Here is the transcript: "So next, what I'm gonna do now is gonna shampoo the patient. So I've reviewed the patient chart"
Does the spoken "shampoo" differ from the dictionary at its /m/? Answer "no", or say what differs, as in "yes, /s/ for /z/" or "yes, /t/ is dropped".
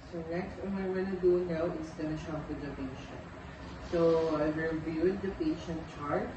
yes, /m/ is dropped